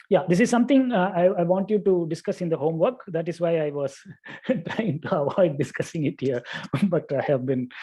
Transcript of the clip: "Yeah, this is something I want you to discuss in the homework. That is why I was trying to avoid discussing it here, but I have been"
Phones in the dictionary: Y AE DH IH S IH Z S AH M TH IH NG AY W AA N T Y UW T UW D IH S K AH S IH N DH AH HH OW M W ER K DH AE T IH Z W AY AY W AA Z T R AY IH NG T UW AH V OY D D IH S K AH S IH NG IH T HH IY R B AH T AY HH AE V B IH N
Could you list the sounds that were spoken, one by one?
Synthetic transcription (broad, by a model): Y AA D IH S IH Z S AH M T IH NG AY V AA N T Y UW T UW D IH S K AH S IH N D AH HH OW M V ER K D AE T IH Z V AY AY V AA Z T R AY IH NG T UW AH V OY D D IH S K AH S IH NG IH T HH IY R B AH T AY HH AE V B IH N